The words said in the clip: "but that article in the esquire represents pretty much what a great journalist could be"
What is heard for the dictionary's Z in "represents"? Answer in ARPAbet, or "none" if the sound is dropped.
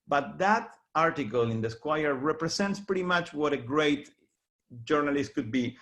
S